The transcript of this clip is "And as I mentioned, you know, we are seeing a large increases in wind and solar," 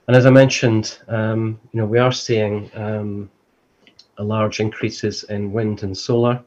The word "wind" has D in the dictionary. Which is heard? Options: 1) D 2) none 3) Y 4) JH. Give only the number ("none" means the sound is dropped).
1